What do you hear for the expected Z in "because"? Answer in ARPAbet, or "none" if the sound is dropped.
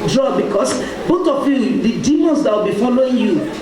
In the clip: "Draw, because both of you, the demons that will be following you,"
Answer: S